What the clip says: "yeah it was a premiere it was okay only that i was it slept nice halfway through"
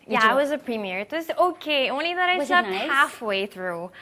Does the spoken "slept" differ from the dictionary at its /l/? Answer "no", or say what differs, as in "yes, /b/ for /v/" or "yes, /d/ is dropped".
yes, /l/ is dropped